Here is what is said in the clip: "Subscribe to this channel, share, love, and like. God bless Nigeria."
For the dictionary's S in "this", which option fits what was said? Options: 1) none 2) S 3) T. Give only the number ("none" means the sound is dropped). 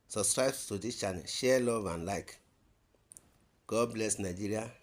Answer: 1